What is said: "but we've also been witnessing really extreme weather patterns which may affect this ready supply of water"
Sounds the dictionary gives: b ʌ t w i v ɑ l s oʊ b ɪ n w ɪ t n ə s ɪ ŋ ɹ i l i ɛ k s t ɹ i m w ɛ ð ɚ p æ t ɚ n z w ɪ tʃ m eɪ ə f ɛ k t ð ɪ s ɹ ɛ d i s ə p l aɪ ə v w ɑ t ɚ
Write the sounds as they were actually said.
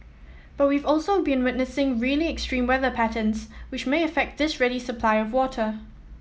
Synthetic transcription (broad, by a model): b ʌ t w i v ɑ l s oʊ b ɪ n w ɪ t n ə s ɪ ŋ ɹ i l i ɛ k s t ɹ i m w ɛ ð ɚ p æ t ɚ n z w ɪ tʃ m eɪ ə f ɛ k t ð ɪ s ɹ ɛ d i s ə p l aɪ ə v w ɑ t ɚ